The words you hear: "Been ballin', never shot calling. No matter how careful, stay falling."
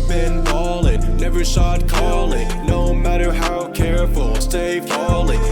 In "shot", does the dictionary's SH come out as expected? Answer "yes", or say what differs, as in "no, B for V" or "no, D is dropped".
no, S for SH